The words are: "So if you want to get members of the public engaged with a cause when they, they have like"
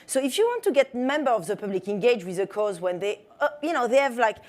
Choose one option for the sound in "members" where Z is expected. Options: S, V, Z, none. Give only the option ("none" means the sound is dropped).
none